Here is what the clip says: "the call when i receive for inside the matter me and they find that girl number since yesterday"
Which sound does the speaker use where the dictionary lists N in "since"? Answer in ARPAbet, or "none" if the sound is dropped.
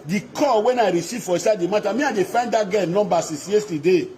none